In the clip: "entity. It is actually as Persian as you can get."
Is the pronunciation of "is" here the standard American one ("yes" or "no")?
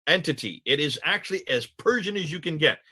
yes